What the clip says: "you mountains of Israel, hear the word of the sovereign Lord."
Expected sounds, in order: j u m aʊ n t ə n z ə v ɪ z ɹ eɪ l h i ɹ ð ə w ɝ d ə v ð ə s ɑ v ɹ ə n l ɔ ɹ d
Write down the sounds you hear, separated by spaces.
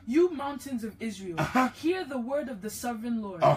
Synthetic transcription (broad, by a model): j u m aʊ n t ə n z ə v ɪ z ɹ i l h i ɹ ð ə w ɝ d ə v ð ə s ɑ v ɹ ə n l ɔ ɹ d